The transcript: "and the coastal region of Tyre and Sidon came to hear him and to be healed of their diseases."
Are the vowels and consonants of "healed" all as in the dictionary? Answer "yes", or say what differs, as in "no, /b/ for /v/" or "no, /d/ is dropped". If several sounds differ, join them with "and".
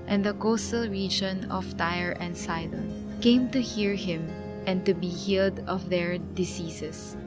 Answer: yes